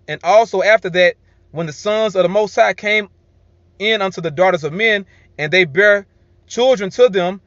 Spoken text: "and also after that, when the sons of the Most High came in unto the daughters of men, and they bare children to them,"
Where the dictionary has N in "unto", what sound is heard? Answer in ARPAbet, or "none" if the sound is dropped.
N